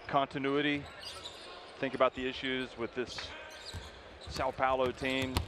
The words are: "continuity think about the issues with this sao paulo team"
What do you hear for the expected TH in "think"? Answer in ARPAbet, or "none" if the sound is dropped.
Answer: TH